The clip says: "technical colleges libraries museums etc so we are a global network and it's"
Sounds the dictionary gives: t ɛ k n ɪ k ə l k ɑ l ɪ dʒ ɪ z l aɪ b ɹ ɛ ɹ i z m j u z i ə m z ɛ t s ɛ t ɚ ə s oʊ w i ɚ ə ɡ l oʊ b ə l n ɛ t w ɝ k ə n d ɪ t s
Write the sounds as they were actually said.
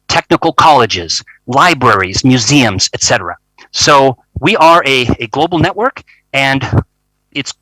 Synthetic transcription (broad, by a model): t ɛ k n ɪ k l k ɑ l ɪ dʒ ɪ z l aɪ b ɹ ɛ ɹ i z m j u z i ə m z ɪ t s ɛ t ɚ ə s oʊ w i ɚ ə ɡ l oʊ b l n ɛ t w ɝ k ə n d ɪ t s